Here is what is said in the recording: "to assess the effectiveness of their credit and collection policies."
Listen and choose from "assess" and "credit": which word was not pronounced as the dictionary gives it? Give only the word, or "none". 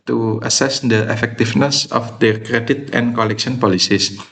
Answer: none